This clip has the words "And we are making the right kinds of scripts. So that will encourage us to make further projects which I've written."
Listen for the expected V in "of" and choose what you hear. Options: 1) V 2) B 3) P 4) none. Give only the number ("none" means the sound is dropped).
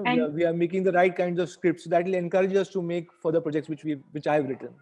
1